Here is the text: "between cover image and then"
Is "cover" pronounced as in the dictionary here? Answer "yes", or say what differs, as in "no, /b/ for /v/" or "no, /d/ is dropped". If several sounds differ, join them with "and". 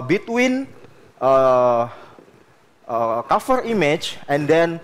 no, /f/ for /v/